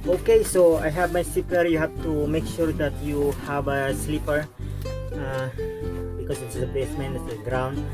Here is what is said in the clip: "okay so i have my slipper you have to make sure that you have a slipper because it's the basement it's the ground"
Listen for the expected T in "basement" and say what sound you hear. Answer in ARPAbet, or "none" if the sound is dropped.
none